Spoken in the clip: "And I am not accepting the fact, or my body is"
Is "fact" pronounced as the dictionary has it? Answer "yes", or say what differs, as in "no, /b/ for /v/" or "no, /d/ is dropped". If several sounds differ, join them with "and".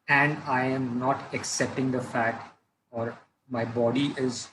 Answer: no, /k/ is dropped